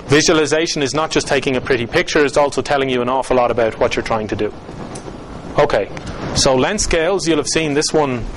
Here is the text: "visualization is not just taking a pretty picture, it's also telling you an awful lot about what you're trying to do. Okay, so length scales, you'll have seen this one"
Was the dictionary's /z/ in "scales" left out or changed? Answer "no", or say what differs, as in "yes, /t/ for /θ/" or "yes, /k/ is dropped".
no